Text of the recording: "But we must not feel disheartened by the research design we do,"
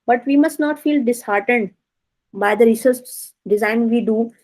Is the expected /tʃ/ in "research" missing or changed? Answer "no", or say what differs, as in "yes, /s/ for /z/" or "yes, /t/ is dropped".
yes, /s/ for /tʃ/